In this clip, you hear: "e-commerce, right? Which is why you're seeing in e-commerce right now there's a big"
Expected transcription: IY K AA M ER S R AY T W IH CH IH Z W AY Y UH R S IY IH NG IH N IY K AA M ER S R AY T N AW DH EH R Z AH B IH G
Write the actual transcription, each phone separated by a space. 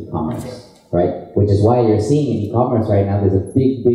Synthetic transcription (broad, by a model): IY K AA M ER S R AY T W IH CH IH Z W AY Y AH R S IY IH NG IH N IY K AA M ER S R AY T N AW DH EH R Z AH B IH G